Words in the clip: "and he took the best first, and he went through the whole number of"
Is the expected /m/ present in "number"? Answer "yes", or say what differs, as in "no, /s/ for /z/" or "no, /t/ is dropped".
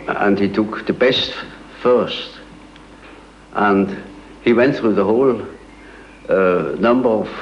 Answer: yes